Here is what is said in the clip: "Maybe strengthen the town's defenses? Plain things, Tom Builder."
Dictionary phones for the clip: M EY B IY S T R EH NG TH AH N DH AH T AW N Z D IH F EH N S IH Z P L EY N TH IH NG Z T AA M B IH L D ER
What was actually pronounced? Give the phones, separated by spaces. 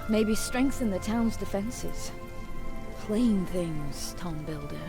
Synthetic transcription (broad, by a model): M EY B IY S T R EH NG TH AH N DH AH T AW N Z D IH F EH N S IH Z P L EY N TH IH NG Z T AA M B IH L D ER